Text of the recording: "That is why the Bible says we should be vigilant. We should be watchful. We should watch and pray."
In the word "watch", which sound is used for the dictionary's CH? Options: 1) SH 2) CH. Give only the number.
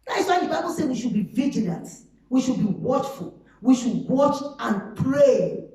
2